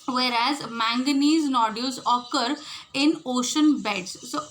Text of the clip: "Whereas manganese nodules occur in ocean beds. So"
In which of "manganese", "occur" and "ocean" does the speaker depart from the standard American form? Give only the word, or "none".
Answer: none